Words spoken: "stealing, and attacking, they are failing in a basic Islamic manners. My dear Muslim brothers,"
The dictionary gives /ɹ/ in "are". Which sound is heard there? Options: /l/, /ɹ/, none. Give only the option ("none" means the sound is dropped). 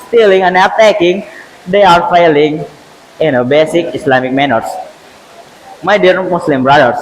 /ɹ/